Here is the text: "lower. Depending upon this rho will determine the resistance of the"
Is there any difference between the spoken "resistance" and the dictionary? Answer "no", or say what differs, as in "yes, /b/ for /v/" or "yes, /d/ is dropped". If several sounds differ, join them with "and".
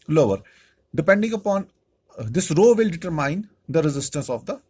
no